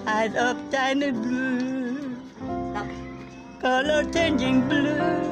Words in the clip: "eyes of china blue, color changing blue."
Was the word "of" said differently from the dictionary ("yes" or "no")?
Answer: yes